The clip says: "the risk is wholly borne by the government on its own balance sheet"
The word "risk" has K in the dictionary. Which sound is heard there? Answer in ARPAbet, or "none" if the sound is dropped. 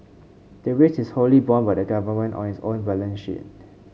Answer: none